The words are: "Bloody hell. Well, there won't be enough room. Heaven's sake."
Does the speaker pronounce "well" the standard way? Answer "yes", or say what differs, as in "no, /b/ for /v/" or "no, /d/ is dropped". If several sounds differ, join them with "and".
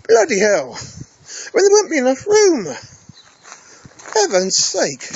no, /n/ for /l/